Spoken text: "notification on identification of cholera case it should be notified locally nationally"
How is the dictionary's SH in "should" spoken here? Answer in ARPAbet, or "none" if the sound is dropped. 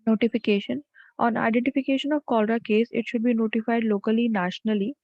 SH